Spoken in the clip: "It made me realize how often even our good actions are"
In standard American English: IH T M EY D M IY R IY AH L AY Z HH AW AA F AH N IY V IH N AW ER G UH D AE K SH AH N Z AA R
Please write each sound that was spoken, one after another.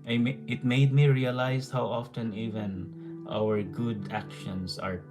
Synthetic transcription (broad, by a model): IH T M EY D M IY R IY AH L AY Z HH AW AA F AH N IY V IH N AW ER G UH D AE K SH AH N S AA R